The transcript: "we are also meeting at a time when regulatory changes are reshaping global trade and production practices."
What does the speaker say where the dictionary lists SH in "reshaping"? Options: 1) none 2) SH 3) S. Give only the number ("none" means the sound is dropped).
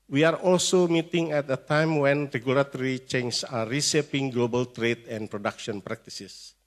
3